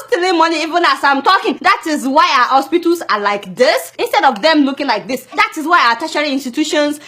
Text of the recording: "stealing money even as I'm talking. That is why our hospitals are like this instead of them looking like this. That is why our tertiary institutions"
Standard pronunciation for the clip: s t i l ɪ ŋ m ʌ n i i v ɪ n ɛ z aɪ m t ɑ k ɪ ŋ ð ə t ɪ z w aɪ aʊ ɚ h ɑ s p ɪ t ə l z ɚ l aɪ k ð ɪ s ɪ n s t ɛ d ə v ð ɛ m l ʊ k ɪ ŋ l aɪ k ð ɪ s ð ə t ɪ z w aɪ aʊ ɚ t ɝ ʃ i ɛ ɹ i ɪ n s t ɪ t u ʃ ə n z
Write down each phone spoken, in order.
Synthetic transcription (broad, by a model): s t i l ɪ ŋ m ʌ n i i v ɪ n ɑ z aɪ m t ɑ k ɪ ŋ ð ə t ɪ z w aɪ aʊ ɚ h ɑ s p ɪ t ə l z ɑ l aɪ k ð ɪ s ɪ n s t ɛ d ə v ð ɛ m l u k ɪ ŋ l aɪ k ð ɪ s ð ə t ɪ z w aɪ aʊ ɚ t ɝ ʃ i ɹ i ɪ n s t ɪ t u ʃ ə n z